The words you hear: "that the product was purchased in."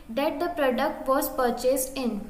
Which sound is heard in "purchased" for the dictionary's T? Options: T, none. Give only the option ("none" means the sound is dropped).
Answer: T